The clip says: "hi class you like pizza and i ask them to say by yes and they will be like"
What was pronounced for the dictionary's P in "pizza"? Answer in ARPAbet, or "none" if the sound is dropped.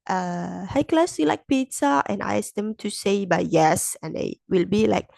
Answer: P